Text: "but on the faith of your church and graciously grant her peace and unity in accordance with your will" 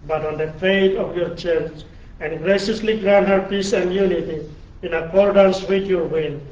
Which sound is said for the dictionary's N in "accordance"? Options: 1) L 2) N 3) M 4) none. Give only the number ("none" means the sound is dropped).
2